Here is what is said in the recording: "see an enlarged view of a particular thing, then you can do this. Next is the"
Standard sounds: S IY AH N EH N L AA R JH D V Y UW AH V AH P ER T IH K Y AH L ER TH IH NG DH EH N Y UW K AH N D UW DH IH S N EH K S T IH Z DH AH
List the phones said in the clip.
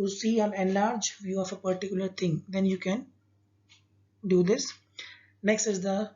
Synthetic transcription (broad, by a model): S IY AH N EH N L AA R JH V Y UW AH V AH P ER T IH K Y AH L ER T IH NG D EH N Y UW K AH N D UW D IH S N EH K S T IH Z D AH